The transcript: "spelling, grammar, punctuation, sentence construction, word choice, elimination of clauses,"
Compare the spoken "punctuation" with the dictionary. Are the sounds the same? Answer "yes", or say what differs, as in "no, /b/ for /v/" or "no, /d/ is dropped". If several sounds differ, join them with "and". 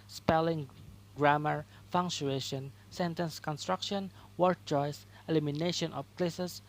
no, /f/ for /p/